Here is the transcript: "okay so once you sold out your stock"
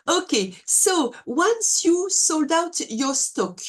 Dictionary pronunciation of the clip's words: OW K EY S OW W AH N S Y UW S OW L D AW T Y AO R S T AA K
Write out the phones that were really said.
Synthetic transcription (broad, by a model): OW K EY S OW W AH N S Y UW S OW L D AW T Y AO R S T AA K